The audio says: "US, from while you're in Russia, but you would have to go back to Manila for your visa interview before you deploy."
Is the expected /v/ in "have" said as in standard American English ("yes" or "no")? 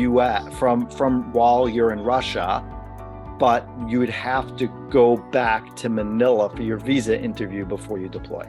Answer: no